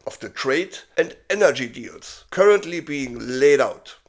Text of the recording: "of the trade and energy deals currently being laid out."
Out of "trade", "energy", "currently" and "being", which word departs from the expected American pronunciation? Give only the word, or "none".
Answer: none